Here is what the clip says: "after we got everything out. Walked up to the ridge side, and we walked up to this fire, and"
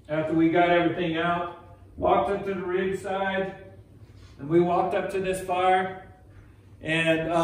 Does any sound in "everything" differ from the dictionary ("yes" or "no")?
no